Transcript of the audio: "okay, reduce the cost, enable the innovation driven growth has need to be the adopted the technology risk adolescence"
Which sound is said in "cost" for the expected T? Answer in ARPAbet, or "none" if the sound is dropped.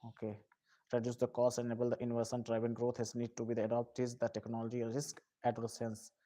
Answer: none